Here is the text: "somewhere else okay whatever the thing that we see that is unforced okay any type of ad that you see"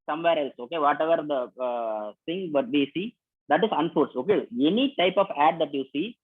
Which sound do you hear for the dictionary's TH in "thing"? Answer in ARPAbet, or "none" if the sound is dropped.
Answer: S